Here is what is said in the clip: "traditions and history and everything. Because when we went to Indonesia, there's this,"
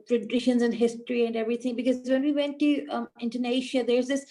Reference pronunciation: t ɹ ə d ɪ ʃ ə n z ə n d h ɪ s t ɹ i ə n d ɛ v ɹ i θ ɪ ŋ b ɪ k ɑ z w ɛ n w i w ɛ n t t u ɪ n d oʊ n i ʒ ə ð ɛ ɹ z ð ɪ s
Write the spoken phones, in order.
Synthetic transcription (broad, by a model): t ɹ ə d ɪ ʃ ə n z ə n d h ɪ s t ɹ i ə n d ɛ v ɹ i t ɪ ŋ b ɪ k ɑ z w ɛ n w i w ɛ n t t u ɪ n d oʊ n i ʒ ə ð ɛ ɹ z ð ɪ s